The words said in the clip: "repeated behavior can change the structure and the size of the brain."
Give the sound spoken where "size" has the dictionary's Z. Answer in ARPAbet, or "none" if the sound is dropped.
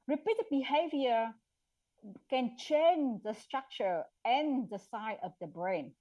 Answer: none